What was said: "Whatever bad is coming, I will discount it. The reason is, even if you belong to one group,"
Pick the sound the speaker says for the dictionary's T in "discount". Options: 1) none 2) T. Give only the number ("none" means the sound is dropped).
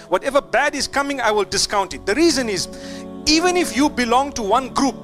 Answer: 2